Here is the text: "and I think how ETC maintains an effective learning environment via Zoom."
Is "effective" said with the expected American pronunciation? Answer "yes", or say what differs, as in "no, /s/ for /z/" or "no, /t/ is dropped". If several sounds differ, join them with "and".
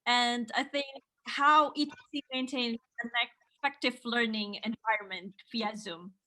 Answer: no, /p/ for /f/